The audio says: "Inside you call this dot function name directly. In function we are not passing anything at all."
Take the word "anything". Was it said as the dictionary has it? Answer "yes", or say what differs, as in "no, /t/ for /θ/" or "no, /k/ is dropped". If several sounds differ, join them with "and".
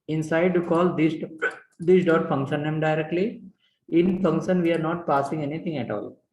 no, /t/ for /θ/